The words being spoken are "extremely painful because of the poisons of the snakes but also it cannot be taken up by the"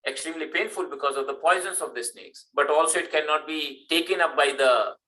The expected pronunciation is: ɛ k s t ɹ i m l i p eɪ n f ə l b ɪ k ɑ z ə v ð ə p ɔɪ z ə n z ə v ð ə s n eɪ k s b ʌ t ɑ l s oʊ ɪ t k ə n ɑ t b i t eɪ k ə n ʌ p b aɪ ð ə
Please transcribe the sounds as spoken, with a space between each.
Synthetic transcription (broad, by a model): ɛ k s t ɹ i m l i p eɪ n f ə l b ɪ k ɑ z ə v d ə p ɔɪ z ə n s ə v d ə s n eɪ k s b ʌ t ɑ l s oʊ ɪ t k ə n ɑ t b i t eɪ k ə n ʌ p b aɪ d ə